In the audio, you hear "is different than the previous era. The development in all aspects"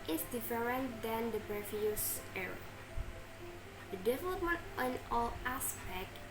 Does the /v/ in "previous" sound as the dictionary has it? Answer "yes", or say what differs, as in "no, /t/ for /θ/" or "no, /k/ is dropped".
no, /f/ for /v/